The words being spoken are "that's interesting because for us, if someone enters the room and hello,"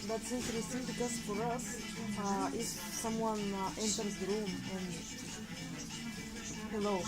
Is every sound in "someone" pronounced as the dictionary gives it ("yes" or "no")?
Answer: yes